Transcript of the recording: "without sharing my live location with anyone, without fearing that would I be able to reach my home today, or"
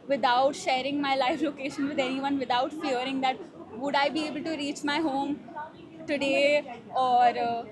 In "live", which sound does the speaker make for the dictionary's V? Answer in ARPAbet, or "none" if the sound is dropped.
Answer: F